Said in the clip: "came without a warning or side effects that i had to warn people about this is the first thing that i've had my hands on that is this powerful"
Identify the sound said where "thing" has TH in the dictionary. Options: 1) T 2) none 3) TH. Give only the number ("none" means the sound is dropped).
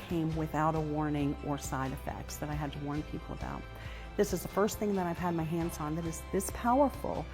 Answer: 3